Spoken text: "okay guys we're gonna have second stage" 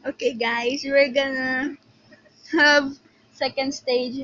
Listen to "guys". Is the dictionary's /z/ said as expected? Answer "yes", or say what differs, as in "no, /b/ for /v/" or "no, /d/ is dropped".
no, /s/ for /z/